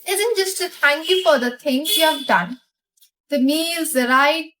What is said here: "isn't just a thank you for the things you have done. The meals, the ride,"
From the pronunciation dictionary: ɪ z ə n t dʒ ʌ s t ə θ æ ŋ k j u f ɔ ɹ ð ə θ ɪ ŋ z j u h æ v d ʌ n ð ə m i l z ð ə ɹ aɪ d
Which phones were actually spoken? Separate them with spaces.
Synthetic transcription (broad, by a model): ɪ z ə n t dʒ ʌ s t ə t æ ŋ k j u f ɔ ɹ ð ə t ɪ ŋ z j u h æ v d ʌ n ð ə m i l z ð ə ɹ aɪ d